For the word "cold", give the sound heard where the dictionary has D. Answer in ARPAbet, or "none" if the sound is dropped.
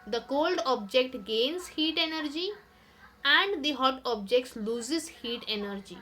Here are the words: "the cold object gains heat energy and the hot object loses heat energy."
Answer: D